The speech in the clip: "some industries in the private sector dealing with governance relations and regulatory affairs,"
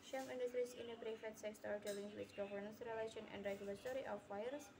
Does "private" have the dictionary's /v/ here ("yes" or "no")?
no